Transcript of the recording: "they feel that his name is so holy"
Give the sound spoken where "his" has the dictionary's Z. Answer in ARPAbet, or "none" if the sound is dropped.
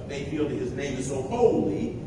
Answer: Z